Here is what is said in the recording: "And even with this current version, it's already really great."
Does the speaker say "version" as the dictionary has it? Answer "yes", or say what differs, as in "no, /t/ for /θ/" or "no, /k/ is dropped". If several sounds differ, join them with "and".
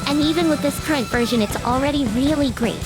yes